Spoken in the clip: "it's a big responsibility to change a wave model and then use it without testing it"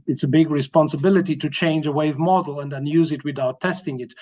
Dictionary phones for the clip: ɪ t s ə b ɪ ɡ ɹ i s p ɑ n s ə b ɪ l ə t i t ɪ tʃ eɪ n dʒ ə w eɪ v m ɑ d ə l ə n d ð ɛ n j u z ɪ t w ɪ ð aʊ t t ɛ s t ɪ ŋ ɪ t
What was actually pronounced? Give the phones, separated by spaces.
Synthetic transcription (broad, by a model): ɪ t s ə b ɪ ɡ ɹ i s p ɑ n s ə b ɪ l ə t i t ɪ tʃ eɪ n dʒ ə w eɪ v m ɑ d l ə n d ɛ n j u z ɪ t w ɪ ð aʊ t t ɛ s t ɪ ŋ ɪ t